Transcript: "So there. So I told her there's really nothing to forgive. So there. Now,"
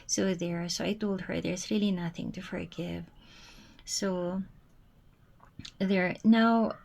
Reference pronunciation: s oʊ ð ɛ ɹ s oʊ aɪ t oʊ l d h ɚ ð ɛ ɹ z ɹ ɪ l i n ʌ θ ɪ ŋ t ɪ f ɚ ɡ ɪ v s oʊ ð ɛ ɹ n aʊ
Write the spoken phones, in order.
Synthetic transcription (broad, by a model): s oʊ ð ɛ ɹ s oʊ aɪ t oʊ l d h ɚ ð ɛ ɹ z ɹ ɪ l i n ʌ θ ɪ ŋ t ɪ f ɚ ɡ ɪ v s oʊ ð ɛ ɹ n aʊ